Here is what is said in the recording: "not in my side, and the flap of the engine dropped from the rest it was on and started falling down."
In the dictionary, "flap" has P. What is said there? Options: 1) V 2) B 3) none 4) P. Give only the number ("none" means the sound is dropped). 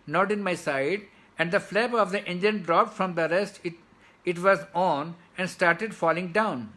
2